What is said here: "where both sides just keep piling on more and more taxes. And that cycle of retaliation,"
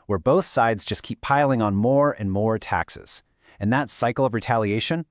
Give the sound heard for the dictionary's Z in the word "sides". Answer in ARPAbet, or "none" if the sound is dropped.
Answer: Z